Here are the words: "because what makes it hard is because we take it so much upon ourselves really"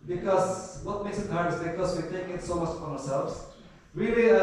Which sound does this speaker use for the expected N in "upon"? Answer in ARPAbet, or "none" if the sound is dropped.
none